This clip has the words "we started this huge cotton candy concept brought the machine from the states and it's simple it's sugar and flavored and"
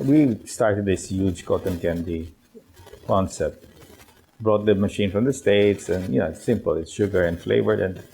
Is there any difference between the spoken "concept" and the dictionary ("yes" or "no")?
yes